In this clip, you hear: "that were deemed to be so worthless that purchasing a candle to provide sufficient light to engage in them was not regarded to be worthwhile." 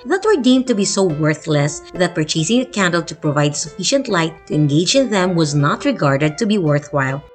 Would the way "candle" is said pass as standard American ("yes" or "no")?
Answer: yes